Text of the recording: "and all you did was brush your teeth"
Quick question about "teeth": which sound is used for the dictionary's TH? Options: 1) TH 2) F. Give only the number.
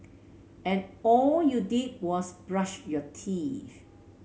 2